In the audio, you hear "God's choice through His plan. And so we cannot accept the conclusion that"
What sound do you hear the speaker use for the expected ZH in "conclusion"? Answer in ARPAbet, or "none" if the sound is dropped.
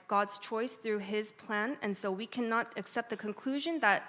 ZH